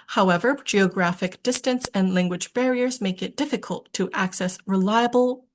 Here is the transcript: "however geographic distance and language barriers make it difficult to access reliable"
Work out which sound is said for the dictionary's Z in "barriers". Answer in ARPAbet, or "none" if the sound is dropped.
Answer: Z